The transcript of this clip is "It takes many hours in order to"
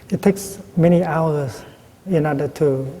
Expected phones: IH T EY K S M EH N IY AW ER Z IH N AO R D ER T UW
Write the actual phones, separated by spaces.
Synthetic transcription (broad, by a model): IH T EY K S M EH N IY AW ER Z IH N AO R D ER T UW